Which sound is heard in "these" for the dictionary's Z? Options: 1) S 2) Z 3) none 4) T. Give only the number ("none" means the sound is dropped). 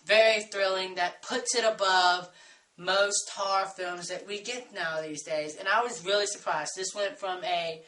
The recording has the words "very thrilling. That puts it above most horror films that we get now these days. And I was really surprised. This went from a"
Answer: 2